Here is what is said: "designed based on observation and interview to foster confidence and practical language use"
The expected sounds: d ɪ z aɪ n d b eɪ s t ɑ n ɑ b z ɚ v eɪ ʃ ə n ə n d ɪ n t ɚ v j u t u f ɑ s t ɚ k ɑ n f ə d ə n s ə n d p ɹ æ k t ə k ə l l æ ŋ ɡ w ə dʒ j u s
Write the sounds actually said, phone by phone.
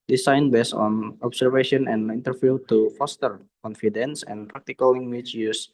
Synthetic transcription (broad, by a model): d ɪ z aɪ n b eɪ s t ɑ n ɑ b s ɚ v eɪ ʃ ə n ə n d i n t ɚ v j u t u f ɑ s t ɚ k ɑ n f ə d ə n s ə n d p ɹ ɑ k t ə k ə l l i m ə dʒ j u s